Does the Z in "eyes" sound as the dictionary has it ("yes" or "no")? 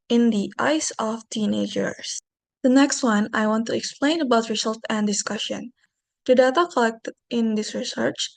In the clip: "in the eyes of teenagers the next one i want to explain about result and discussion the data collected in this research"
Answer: no